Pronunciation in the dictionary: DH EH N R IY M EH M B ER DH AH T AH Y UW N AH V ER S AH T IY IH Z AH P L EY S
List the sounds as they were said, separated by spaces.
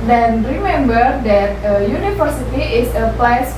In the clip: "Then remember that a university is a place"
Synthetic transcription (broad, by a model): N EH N R IY M EH M B ER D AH T AH Y UW N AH F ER S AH T IY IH S AH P L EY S